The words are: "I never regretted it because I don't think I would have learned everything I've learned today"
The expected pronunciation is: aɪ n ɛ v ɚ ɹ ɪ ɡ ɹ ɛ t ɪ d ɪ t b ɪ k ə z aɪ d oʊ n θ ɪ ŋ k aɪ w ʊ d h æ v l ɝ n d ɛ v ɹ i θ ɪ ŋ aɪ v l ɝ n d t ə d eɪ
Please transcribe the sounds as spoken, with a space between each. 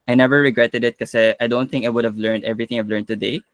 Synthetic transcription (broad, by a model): aɪ n ɛ v ɚ ɹ ɪ ɡ ɹ ɛ t ɪ d ɪ t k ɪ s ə aɪ d oʊ n θ ɪ ŋ k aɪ w ʊ d h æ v l ɝ n d ɛ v ɹ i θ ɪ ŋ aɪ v l ɝ n d t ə d eɪ